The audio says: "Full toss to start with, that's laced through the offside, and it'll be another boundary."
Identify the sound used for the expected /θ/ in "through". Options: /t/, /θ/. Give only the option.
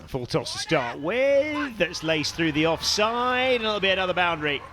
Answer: /θ/